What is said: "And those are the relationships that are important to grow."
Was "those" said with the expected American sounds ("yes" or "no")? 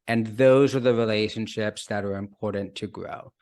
yes